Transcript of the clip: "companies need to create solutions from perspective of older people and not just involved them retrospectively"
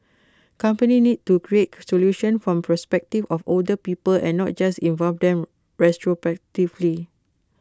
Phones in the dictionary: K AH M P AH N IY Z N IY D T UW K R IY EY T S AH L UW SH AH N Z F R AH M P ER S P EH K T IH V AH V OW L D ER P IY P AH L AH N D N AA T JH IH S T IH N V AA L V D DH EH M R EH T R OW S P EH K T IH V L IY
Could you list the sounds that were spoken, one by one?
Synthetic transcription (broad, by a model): K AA M P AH N IY N IY D T UW K R IY EY T S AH L UW SH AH N F R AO M P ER S P EH K T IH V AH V OW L D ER P IY P AH L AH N N AA T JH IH S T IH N V AA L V D EH M R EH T R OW P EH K T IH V L IY